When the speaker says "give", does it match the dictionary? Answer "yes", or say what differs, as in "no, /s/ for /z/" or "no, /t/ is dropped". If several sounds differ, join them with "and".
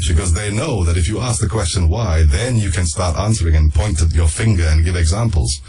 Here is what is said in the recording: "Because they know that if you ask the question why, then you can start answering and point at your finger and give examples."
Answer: yes